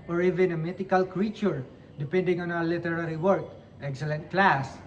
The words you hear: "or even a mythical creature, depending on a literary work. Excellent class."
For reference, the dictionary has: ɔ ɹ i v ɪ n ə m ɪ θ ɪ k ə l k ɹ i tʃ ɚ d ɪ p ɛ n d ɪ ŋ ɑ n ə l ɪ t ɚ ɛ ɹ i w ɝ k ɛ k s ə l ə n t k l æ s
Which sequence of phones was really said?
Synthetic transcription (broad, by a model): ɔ ɹ i v ɪ n ə m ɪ t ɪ k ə l k ɹ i tʃ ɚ d ɪ p ɛ n d ɪ ŋ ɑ n ə l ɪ t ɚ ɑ ɹ i w ɝ k ɛ k s ə l ə n t k l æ s